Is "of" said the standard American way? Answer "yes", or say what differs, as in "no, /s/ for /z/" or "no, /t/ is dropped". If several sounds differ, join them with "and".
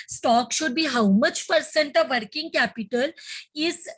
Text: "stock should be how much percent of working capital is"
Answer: yes